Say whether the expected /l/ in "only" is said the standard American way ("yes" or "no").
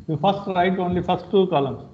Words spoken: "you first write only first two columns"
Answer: yes